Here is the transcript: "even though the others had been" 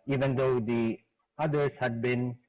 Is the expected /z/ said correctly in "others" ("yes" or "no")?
no